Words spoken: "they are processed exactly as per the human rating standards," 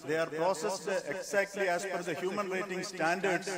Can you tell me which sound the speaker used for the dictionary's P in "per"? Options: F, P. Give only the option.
F